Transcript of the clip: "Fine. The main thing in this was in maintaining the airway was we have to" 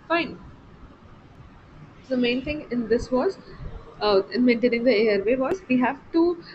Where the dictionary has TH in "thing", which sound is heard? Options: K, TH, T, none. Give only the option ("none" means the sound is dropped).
T